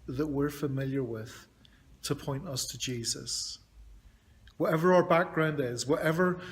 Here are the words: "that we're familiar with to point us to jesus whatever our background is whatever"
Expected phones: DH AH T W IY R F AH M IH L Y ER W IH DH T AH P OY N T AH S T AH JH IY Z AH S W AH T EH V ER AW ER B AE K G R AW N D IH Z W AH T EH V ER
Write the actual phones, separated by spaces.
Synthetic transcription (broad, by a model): DH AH T W IY R F AH M IH L Y ER W IH DH T AH P OY N T AH S T AH JH IY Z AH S W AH T EH V ER AW ER B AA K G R AW N D IH Z W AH T EH V ER